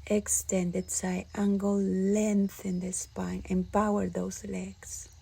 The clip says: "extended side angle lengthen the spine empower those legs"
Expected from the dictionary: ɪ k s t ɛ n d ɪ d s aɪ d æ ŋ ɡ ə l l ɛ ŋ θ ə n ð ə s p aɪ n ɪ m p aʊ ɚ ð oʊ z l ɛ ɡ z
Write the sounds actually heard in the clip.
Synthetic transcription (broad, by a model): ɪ k s t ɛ n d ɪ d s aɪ ɑ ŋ ɡ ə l l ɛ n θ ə n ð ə s p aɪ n ɪ m p aʊ ɚ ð oʊ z l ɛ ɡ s